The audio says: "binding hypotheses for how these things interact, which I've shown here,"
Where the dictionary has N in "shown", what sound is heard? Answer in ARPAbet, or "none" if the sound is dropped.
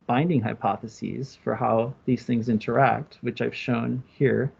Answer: N